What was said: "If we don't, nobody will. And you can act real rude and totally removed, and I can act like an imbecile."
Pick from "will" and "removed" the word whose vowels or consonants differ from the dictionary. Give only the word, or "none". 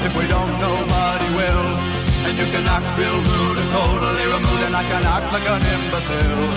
removed